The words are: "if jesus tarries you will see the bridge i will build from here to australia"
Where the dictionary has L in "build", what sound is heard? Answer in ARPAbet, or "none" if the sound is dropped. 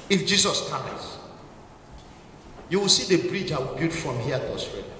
none